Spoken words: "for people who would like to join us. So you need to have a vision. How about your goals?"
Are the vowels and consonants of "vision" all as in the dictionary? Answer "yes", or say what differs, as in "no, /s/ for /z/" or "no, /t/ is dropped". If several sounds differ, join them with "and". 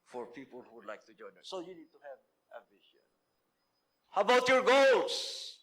no, /b/ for /v/ and /ʃ/ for /ʒ/